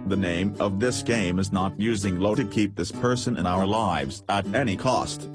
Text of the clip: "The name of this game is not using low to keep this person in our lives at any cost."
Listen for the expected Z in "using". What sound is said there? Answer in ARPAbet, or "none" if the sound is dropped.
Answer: Z